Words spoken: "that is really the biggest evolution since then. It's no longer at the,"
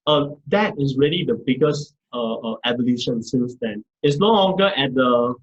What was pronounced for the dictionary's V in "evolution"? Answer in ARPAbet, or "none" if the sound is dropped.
B